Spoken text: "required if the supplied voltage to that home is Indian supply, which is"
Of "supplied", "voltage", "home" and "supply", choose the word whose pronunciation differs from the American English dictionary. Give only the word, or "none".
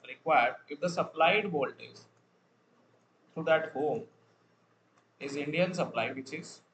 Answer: voltage